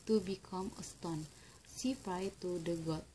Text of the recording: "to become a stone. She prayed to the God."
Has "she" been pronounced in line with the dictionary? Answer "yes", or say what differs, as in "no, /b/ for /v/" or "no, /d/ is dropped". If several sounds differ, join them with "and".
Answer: no, /s/ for /ʃ/